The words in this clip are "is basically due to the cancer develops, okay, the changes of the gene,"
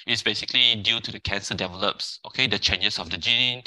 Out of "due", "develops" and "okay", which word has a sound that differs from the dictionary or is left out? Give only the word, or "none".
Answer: none